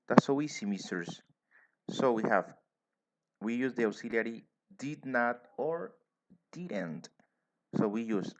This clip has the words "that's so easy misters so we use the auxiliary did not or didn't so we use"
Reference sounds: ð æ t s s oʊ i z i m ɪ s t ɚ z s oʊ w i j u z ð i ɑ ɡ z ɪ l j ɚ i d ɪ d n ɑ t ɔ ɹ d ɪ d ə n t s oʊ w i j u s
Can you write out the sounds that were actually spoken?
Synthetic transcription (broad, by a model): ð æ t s s oʊ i s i m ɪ s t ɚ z s oʊ w i j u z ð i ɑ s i l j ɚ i d ɪ d n ɑ t ɔ ɹ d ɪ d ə n t s oʊ w i j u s